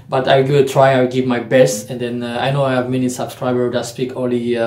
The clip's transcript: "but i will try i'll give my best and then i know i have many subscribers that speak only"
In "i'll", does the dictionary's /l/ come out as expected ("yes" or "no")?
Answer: no